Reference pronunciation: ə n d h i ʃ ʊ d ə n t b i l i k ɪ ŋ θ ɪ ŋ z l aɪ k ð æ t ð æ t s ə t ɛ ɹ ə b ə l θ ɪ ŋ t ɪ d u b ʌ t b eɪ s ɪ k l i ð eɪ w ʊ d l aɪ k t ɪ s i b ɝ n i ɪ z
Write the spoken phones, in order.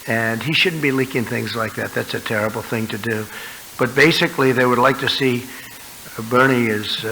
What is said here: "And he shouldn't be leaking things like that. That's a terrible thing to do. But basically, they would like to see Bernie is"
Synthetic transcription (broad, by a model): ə n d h i ʃ ʊ d n b i l i k ɪ ŋ θ ɪ ŋ z l aɪ k ð æ t ð æ t s ə t ɛ ɹ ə b l θ ɪ ŋ t ɪ d u b ʌ t b eɪ s ɪ k l i ð eɪ w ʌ d l aɪ k t ɪ s i b ɝ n i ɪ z